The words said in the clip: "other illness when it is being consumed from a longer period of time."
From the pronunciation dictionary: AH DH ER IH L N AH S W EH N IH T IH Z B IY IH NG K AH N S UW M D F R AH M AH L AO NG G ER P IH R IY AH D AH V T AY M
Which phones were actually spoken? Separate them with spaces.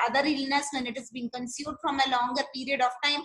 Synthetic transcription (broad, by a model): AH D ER IH L N AH S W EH N IH T IH Z B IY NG K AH N S UW D F R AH M AH L AO NG G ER P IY R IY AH D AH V T AY M